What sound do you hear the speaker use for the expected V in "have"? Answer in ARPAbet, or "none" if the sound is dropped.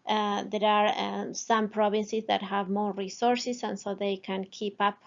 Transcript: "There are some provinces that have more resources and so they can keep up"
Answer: V